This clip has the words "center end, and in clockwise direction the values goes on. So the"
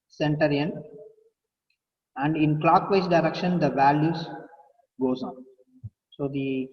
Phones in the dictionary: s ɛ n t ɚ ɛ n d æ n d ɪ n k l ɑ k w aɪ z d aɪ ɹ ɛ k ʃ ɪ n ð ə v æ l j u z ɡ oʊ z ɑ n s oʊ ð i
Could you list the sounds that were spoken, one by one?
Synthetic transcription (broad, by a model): s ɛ n t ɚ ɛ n æ n d ɪ n k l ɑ k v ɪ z d aɪ ɹ ɛ k ʃ ɪ n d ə v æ l j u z ɡ oʊ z ɑ n s oʊ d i